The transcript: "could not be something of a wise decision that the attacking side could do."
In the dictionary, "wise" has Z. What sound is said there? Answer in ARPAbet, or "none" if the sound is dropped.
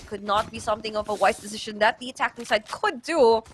S